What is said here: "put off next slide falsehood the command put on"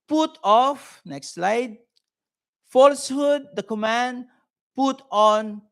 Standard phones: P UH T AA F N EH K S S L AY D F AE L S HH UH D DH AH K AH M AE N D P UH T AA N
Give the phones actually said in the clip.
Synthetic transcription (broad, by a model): P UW T AA F N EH K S S L AY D F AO L S HH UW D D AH K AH M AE N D P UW T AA N